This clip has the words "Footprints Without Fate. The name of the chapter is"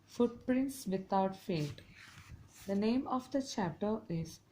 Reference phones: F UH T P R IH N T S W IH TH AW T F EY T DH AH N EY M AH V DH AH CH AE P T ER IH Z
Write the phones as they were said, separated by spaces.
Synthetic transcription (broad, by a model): F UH T P R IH N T S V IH T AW T F EY T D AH N EY M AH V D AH CH AE P T ER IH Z